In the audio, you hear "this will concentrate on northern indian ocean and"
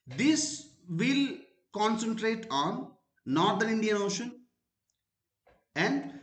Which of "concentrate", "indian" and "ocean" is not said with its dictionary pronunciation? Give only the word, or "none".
none